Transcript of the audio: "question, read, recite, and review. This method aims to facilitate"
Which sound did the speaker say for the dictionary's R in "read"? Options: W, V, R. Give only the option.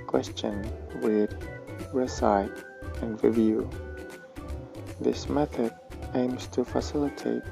W